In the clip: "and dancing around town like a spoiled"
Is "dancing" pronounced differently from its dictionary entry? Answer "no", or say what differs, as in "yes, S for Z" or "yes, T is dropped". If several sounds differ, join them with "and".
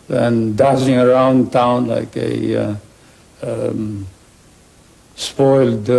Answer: yes, N is dropped